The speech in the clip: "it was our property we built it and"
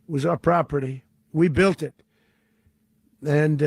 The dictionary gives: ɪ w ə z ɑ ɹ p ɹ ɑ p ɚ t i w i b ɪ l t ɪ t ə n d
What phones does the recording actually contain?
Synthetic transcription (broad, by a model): w ə z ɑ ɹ p ɹ ɑ p ɚ t i w i b ɪ l t ɪ t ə n